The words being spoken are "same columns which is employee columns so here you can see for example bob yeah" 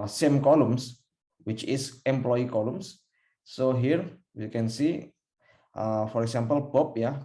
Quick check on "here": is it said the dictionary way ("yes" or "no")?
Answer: yes